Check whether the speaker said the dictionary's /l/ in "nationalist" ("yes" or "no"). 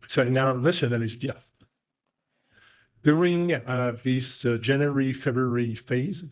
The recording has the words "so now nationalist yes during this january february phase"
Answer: no